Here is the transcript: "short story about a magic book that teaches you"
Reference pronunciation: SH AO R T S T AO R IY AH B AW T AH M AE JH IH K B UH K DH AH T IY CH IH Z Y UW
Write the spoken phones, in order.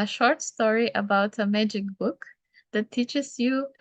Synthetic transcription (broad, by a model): SH AO R T S T AO R IY AH B AW T AH M AE JH IH K B UH K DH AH T IY CH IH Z Y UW